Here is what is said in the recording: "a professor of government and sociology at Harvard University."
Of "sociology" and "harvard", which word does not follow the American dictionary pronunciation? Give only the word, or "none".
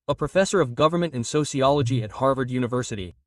none